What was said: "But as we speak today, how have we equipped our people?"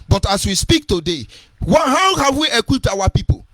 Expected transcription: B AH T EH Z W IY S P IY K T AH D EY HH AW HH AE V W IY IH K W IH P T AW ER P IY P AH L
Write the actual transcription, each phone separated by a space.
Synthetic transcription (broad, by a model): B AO T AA S W IY S P IY K T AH D EY HH AW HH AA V W IY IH K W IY P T AW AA P IY P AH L